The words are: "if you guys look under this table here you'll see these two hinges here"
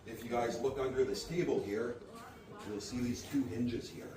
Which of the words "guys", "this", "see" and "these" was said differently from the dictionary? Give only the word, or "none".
none